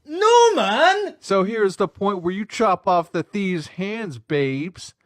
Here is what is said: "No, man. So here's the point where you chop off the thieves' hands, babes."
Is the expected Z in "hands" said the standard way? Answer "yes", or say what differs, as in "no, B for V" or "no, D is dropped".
yes